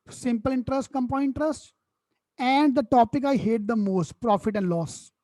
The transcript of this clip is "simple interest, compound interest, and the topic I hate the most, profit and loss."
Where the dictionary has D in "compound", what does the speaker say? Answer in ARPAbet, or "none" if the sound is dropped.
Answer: none